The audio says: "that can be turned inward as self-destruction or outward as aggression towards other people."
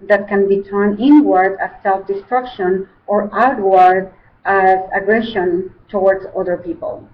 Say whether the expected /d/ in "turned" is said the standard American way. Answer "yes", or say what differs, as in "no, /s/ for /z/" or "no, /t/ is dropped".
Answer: no, /d/ is dropped